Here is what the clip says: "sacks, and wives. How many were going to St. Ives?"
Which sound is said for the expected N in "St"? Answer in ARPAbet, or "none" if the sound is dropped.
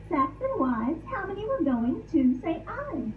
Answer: none